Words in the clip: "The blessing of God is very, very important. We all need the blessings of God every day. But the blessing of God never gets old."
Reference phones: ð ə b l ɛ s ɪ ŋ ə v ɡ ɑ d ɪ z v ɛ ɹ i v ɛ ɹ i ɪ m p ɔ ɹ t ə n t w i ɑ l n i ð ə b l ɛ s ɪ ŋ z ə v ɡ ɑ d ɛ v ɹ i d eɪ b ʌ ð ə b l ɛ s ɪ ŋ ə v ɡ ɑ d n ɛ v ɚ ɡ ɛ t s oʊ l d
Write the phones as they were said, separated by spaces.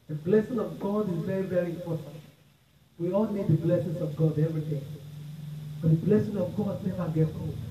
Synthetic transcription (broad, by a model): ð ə b l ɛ s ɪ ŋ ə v ɡ ɑ d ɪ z v ɛ ɹ i v ɛ ɹ i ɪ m p ɔ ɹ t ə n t w i ɑ l n i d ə b l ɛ s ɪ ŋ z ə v ɡ ɑ d ɛ v ɹ i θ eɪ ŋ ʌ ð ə b l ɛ s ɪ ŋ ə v ɡ ɑ d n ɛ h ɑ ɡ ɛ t oʊ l